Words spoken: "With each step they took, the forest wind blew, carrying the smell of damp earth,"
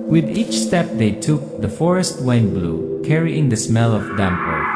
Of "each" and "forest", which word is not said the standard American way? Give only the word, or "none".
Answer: none